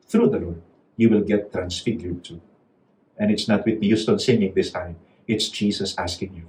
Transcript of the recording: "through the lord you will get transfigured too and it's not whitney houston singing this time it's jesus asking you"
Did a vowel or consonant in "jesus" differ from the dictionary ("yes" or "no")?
yes